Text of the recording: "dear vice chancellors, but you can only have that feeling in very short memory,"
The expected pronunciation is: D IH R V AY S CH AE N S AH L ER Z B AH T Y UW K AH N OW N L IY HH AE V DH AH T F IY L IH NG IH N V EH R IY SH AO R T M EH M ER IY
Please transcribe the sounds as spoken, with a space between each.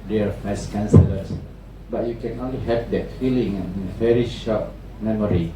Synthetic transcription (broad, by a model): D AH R F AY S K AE N S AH L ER S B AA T Y UW K AH N OW N L IY HH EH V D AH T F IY L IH NG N V EH R IY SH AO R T M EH M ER IY